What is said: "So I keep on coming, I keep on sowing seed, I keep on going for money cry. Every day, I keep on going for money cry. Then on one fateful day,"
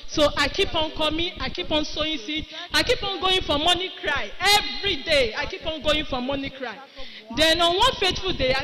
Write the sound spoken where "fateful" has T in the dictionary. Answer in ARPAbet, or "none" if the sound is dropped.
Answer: T